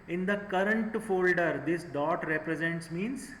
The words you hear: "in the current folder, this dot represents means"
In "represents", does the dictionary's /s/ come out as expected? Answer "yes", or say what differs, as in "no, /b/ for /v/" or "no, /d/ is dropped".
yes